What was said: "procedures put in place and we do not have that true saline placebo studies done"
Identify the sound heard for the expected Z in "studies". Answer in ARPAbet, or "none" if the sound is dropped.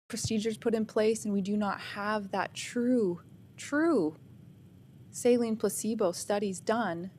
Z